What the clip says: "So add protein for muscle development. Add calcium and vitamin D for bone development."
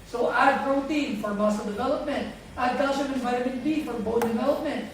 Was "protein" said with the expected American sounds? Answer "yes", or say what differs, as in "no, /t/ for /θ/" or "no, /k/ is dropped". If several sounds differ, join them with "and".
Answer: yes